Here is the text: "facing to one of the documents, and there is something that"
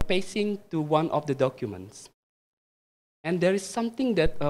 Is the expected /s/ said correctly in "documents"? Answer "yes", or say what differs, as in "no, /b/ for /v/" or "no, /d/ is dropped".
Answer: yes